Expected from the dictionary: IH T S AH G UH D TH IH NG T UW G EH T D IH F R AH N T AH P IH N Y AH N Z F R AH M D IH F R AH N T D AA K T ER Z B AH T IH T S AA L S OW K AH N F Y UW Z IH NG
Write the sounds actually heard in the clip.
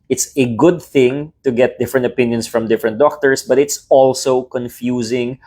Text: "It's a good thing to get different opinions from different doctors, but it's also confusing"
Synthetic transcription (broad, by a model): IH T S AH G UH D TH IH NG T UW G EH T D IH F R AH N T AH P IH N Y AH N S F R AH M D IH F R AH N T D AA K T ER S B AH T IH T S AA L S OW K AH N F Y UW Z IH NG